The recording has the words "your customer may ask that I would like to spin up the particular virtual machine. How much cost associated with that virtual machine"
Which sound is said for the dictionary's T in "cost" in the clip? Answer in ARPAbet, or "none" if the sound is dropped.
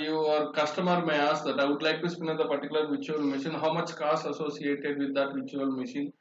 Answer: none